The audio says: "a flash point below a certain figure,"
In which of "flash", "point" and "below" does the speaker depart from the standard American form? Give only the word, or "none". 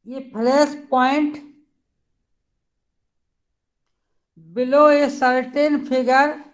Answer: flash